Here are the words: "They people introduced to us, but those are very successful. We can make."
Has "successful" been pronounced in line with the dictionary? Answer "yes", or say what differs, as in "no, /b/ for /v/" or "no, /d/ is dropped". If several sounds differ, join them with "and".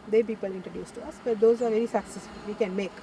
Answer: no, /f/ is dropped